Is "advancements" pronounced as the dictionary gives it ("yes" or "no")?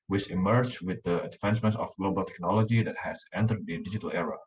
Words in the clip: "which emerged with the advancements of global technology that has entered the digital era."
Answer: no